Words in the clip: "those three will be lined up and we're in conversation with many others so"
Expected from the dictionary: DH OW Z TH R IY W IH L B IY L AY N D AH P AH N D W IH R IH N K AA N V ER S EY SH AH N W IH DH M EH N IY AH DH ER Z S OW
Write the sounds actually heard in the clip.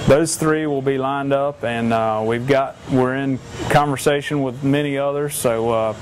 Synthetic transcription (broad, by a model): DH OW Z TH R IY W IH L B IY L AY N D AH P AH N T W IH R IH N K AA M V ER S EY SH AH N W IH DH M EH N IY AH DH ER Z S OW